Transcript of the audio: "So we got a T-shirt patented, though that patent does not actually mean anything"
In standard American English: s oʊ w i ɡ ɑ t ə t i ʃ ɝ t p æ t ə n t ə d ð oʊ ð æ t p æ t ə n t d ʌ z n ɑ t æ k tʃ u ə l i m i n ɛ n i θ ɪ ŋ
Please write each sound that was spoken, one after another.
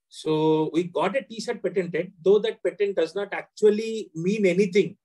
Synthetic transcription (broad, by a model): s oʊ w i ɡ ɑ t ə t i s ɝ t p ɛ t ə n t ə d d oʊ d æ t p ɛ t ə n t d ʌ z n ɑ t æ k tʃ u ə l i m i n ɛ n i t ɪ ŋ